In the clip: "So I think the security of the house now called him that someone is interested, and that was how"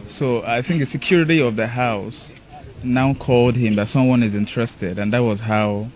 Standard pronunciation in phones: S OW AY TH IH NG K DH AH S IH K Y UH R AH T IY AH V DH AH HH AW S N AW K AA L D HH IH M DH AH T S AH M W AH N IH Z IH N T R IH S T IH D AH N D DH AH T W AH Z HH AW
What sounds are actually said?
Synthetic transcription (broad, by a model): S OW AY TH IH NG K DH AH S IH K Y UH R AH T IY AH V DH AH HH AW S N AW K AA L D HH IH M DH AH T S AH M W AH N IH Z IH N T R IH S T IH D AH N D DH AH T W AH Z HH AW